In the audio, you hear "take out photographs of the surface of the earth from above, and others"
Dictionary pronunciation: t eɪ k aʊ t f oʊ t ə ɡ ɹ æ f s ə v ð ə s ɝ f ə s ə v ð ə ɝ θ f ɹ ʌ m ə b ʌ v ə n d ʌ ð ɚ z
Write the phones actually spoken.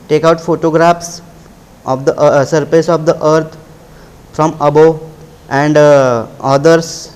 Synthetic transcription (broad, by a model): t eɪ k aʊ t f oʊ t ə ɡ ɹ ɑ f s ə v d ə s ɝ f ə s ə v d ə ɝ t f ɹ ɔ m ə b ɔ ə n d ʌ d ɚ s